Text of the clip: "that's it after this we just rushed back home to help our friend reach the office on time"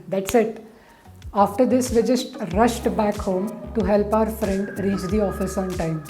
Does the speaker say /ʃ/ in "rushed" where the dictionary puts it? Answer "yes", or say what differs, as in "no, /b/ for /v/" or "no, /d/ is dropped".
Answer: yes